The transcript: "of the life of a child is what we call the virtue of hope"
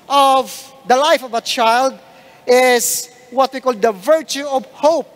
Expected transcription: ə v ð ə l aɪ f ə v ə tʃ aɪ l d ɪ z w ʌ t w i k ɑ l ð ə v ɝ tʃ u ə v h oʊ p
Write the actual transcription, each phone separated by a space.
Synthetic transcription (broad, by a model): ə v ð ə l aɪ f ə v ə tʃ aɪ l d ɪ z w ʌ t w i k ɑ l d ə v ɝ tʃ u ə v h oʊ p